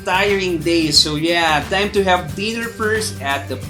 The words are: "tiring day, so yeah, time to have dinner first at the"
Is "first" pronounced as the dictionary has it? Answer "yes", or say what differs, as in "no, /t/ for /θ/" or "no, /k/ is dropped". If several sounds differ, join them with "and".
no, /t/ is dropped